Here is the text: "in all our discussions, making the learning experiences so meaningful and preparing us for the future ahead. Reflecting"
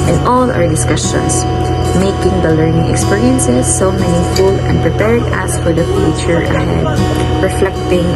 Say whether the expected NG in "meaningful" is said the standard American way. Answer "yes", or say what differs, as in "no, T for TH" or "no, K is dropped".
no, NG is dropped